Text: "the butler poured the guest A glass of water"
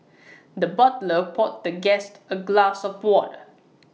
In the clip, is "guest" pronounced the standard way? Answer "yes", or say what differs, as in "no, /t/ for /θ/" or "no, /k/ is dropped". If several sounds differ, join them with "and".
yes